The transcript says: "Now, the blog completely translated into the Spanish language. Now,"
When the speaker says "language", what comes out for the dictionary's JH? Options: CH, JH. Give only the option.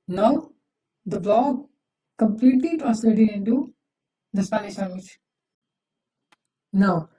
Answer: CH